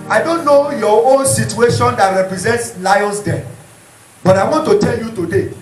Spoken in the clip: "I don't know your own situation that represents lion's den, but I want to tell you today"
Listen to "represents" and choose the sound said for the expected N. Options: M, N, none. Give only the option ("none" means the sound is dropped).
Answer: N